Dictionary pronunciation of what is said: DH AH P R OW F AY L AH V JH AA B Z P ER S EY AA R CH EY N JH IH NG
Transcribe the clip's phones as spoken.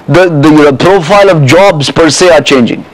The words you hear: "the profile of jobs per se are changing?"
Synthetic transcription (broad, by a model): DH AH P R OW F AY L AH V JH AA B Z P ER S EY AA R CH EY N JH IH NG